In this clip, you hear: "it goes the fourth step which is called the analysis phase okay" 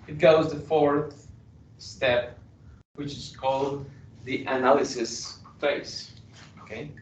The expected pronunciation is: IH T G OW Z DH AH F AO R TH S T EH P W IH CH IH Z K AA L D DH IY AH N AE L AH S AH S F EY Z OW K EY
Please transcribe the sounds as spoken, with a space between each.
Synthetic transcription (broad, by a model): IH T G OW Z DH AH F AO R TH S T EH P W IH CH IH Z K AA L D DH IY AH N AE L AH S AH S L EY S OW K EY